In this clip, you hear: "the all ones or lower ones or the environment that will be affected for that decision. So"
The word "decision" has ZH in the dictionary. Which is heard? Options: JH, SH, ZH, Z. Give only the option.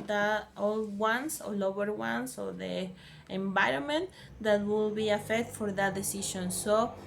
SH